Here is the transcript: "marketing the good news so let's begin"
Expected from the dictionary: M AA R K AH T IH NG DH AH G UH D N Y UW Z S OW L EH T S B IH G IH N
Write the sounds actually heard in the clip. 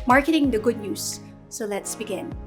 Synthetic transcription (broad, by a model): M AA R K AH T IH NG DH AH G UH D N Y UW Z S OW L EH T S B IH G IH N